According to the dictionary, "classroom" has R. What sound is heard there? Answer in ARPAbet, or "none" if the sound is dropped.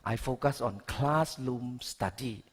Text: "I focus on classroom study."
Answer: L